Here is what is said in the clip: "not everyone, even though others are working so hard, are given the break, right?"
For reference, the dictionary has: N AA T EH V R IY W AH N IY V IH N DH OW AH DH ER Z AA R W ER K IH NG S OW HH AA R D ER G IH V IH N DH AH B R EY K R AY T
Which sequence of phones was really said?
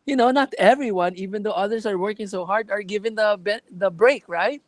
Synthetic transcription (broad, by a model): N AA T EH V R IY W AH N IY V IH N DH OW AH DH ER S AA R W ER K IH NG S OW HH AA R D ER G IH V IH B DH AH B R EY K R AY T